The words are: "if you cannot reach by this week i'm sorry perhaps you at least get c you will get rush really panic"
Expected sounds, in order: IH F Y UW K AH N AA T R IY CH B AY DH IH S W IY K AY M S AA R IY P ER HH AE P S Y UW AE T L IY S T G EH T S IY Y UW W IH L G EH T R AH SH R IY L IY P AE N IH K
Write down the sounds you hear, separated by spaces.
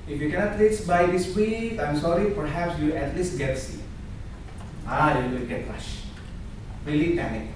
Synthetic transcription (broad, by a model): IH F Y UW K AH N AA T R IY S B AY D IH S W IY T AY M S AA R IY P ER HH AE P S Y UW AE T L IY S T G EH T S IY Y UW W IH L G EH T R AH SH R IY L IY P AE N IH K